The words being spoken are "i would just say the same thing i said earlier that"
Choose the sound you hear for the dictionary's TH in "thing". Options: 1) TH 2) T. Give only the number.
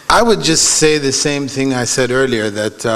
1